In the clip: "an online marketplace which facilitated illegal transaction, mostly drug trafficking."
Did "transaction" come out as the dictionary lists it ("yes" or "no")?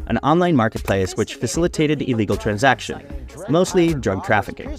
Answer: yes